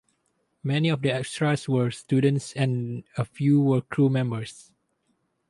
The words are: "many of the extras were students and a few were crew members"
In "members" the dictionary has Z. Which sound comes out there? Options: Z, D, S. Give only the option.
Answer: S